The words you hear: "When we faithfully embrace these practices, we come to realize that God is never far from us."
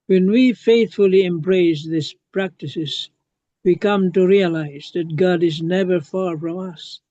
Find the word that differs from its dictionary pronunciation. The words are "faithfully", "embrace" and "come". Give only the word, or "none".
none